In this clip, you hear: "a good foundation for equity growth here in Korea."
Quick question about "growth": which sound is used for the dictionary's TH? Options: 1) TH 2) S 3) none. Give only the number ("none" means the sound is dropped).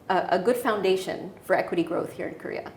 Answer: 1